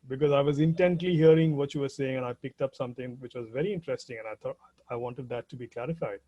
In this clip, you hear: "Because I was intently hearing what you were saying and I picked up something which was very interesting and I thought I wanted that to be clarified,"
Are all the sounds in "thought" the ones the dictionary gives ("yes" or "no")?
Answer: no